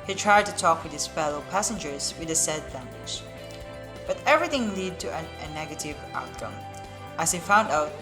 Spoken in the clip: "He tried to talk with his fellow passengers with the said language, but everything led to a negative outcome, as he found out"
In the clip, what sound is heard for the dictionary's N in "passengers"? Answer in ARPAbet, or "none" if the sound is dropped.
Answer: N